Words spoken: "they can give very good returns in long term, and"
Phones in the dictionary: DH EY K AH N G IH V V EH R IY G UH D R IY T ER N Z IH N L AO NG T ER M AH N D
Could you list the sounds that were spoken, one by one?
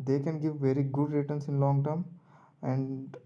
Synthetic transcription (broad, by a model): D EY K AH N G IH V V EH R IY G UH D R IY T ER N S IH N L AO NG T ER M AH N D